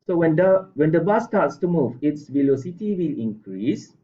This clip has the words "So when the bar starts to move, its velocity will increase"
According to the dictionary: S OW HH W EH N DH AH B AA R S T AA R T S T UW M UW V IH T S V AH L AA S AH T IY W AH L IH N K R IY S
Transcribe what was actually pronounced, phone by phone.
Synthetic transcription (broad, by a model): S OW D W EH N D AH B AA S T AA T S T UW M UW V IH T S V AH L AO S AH T IY W AH L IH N K R IY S